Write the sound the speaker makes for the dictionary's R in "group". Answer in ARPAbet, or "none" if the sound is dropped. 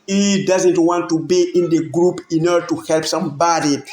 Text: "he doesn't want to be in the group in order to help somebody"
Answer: R